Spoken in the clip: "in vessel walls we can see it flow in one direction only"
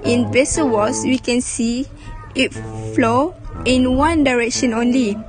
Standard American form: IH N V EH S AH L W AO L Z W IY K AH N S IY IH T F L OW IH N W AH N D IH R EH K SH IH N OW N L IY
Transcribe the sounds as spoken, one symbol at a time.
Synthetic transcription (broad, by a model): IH N B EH S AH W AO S W IY K AH N S IY IH T F L OW IH N W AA N D IH R EH K SH IH N OW N L IY